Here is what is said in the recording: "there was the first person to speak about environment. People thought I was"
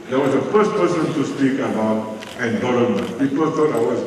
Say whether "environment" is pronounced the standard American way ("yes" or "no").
no